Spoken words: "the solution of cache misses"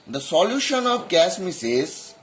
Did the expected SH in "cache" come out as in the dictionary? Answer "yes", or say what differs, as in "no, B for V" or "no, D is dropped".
no, S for SH